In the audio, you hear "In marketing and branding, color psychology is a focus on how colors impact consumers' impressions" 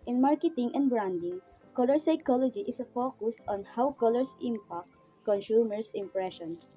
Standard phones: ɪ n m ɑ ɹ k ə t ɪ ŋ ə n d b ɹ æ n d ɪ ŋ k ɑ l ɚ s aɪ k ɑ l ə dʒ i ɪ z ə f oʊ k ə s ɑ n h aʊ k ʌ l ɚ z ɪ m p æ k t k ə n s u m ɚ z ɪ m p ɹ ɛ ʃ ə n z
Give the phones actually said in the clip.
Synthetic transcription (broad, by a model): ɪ n m ɑ ɹ k ə t ɪ ŋ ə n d b ɹ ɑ n d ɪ ŋ k ɑ l ɚ s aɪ k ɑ l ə dʒ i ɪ s ə f oʊ k ə s ɑ n h aʊ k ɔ l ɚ s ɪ m p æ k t k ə n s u m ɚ s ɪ m p ɹ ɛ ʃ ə n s